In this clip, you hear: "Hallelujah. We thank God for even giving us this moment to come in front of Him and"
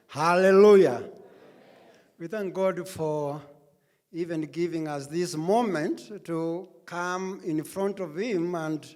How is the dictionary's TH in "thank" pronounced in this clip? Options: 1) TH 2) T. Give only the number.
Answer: 1